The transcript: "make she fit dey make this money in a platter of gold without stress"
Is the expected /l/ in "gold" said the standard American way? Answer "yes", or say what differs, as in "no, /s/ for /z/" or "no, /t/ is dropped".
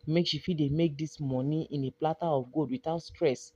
no, /l/ is dropped